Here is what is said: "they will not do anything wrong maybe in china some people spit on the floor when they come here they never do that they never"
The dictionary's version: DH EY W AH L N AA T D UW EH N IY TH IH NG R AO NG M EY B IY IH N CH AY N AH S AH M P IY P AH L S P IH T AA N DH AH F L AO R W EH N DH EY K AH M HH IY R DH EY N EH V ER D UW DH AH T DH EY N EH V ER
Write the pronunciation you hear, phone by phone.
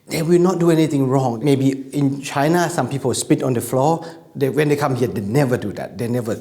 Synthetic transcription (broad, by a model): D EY W AH L N AA T D UW EH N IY T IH NG R AO NG M EY B IY IH N CH AY N AH S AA M P IY P AH L S P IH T AA N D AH F L AO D W EH N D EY K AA M HH IY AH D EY N EH V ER D UW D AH T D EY N EH V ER